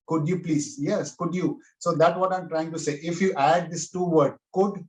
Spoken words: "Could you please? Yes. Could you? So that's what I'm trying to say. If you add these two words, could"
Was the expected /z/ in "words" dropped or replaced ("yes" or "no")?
yes